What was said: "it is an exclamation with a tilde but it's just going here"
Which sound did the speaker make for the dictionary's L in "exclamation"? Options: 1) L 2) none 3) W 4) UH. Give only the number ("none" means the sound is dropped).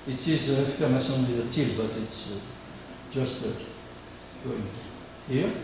2